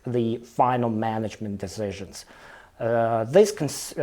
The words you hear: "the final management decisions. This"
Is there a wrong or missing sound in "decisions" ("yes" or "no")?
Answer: no